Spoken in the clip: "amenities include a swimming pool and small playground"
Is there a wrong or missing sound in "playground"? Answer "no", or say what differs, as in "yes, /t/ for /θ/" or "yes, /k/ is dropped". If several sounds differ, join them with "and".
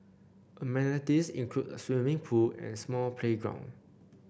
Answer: no